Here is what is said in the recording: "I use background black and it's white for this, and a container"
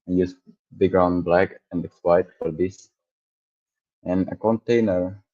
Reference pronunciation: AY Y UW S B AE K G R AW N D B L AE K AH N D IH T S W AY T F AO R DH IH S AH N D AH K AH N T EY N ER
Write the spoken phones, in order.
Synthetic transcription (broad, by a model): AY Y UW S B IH G R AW N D B L AE K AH N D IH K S W AY T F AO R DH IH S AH N AH K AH N T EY N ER